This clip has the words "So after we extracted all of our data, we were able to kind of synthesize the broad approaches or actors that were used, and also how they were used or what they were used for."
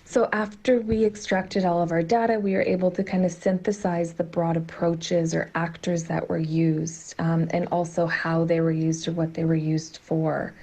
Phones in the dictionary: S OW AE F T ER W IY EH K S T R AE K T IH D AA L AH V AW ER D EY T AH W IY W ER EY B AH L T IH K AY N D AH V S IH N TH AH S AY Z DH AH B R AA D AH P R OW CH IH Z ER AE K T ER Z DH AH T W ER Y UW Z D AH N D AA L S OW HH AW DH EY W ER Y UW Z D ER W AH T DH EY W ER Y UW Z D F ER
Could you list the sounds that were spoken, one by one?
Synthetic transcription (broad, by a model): S OW AE F T ER W IY EH K S T R AE K T IH D AA L AH V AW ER D EY T AH W IY W ER EY B L T IH K AY N D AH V S IH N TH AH S AY Z DH AH B R AA D AH P R OW CH IH Z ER AE K T ER Z DH AH T W ER Y UW Z D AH N AA L S OW HH AW DH EY W ER Y UW Z D ER W AH T DH EY W ER Y UW Z D F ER